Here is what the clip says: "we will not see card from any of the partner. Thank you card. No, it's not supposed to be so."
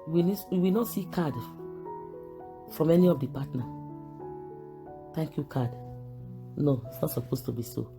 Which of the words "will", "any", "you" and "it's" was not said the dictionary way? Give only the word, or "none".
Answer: will